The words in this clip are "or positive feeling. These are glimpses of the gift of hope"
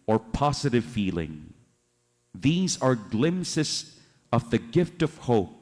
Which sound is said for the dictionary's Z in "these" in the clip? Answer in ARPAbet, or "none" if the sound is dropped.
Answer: Z